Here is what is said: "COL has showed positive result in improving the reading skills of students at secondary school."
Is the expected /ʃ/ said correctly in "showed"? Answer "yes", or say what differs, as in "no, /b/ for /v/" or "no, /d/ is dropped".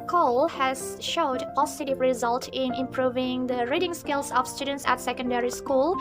yes